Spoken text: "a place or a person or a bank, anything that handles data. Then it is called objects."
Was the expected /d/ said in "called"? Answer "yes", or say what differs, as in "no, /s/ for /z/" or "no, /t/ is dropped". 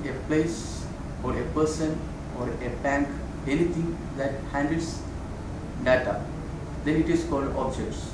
yes